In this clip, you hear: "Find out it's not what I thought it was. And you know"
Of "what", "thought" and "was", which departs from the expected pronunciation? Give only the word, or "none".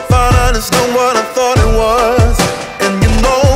none